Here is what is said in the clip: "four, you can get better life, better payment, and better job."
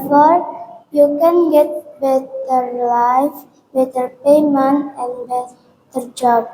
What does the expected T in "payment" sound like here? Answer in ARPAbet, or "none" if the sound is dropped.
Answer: none